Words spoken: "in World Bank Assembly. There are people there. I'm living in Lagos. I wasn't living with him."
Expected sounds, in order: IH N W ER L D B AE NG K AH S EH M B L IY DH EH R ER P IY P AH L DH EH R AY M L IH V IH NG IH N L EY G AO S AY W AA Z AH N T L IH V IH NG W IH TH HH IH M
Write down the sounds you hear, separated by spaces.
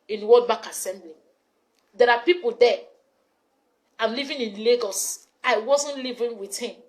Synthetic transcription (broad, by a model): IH N W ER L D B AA K AH S EH M B L IY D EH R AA P IY P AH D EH AY M L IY V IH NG IH N L EY G AO S AY W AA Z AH N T L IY V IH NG W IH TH HH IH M